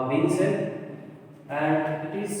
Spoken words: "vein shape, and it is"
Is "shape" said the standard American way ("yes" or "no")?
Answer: no